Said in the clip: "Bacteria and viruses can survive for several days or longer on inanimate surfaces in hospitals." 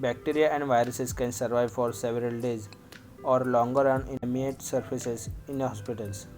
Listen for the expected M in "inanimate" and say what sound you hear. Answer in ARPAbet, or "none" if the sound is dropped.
none